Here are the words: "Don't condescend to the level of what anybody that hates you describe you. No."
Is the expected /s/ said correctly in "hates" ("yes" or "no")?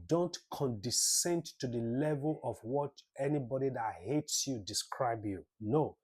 yes